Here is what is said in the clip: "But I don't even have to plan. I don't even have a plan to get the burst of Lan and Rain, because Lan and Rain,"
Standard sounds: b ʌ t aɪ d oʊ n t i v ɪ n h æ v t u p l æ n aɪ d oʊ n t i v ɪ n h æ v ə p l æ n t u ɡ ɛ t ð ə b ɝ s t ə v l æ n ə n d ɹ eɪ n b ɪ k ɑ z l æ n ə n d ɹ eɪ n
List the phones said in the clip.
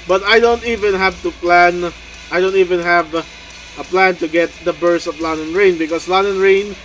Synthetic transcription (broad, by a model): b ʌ t aɪ d oʊ n t i v ɪ n h æ v t u p l æ n aɪ d oʊ n t i v ɪ n h æ v ə p l æ n t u ɡ ɛ t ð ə b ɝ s ə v l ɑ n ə n ɹ eɪ n b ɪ k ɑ s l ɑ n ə n ɹ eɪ n